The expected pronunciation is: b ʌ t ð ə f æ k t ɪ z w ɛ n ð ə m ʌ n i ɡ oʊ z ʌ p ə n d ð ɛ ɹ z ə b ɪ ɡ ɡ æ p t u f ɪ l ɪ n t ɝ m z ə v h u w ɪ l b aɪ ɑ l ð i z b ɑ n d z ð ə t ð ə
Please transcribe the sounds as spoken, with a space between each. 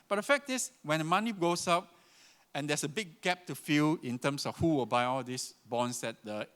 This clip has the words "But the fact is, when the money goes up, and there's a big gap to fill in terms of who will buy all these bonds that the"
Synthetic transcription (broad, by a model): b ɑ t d ə f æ k t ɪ s w ɛ n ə m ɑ n i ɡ oʊ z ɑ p ə n d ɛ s ə b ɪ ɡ ɡ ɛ p t u f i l ɪ n t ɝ m s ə f h u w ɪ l b aɪ ɑ l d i s b ɑ n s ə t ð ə